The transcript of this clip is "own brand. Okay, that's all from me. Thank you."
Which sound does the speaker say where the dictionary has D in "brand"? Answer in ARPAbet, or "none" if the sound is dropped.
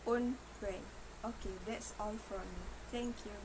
none